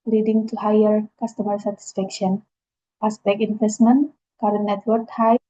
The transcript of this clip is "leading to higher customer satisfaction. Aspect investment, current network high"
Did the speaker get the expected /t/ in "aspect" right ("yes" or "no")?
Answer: no